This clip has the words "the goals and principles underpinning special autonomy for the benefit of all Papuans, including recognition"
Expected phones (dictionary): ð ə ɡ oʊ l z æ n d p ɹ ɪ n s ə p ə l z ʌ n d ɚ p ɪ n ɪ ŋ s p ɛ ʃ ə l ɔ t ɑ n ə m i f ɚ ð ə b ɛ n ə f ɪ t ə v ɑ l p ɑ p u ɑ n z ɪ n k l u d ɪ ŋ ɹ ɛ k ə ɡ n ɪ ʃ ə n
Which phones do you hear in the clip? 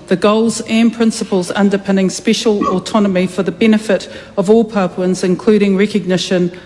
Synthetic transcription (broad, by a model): ð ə ɡ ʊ l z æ n p ɹ ɪ n s ə p ə l z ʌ n d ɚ p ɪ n ɪ ŋ s p ɛ ʃ ə l ɔ t ɑ n ə m i f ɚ ð ə b ɛ n ə f ɪ t ə v ɑ l p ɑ p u n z ɪ n k l u d ɪ ŋ ɹ ɛ k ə ɡ n ɪ ʃ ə n